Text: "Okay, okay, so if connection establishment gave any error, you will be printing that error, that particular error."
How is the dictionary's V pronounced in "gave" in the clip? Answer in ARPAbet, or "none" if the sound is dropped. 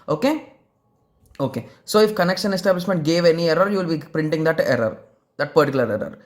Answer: V